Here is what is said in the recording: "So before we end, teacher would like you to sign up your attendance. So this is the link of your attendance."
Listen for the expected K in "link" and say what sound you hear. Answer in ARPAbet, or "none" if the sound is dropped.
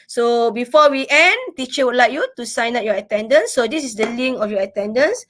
none